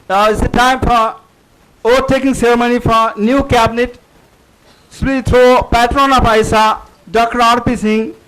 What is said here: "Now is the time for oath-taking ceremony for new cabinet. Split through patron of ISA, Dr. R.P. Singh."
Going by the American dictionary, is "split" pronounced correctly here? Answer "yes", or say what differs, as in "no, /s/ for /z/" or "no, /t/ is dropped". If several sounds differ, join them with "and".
no, /l/ is dropped